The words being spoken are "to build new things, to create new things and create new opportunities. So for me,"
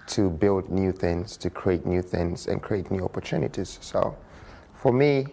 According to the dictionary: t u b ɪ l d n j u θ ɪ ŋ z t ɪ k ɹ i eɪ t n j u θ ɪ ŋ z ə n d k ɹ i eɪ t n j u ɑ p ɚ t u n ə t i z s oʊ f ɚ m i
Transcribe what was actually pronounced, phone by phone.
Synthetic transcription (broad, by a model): t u b ɪ l d n j u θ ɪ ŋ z t ɪ k ɹ i eɪ t n j u θ ɪ ŋ z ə n k ɹ i eɪ t n j u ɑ p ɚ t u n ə t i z s oʊ f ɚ m i